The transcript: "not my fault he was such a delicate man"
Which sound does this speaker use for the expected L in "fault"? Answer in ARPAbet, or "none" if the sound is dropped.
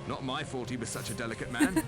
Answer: none